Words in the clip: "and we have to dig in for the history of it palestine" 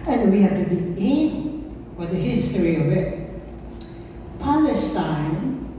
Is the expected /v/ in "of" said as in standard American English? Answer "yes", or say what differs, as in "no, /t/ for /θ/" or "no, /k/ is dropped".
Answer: yes